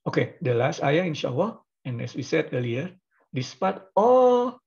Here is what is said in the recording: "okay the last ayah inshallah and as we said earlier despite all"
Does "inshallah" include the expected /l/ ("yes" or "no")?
no